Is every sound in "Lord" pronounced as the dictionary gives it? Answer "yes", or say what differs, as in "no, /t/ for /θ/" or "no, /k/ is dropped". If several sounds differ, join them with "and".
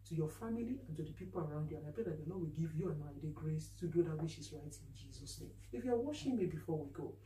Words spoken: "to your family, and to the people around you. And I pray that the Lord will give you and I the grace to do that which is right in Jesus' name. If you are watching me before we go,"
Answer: no, /n/ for /l/